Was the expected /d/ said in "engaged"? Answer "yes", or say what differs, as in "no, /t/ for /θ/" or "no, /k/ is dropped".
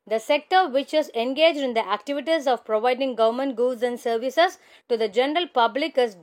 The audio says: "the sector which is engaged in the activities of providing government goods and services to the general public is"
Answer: yes